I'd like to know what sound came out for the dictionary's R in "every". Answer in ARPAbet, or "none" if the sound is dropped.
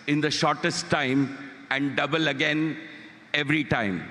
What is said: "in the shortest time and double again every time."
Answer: R